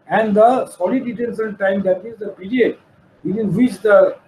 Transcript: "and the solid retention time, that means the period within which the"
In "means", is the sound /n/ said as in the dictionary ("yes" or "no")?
no